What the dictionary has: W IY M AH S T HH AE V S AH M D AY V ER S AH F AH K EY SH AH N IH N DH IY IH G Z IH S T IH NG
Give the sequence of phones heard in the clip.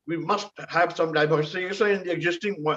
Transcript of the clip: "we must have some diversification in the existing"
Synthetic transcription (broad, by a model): W IY M AH S T HH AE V S AH M D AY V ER S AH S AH EY S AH IH N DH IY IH G Z IH S T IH NG